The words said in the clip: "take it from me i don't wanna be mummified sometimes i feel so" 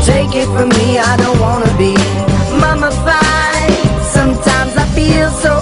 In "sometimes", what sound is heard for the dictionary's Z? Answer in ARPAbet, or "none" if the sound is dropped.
Z